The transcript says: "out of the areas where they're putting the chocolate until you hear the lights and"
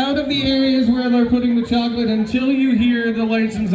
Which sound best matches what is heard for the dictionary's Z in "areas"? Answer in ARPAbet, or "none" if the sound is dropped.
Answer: Z